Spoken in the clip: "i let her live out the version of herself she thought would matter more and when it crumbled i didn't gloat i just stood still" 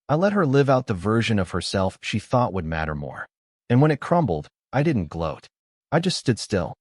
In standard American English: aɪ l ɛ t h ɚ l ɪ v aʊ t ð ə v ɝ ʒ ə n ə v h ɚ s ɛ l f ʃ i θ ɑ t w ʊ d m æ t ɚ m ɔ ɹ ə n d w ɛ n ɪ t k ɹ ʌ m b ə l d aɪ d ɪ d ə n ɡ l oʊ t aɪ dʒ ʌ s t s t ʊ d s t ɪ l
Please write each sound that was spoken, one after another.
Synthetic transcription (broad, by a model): aɪ l ɛ t h ɚ l ɪ v aʊ t ð ə v ɝ ʒ ə n ə v h ɚ s ɛ l f ʃ i θ ɑ t w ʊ d m æ t ɚ m ɔ ɹ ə n w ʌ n ɪ t k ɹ ʌ m b l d aɪ d ɪ d n ɡ l oʊ t aɪ dʒ ʌ s t s t ʊ d s t ɪ l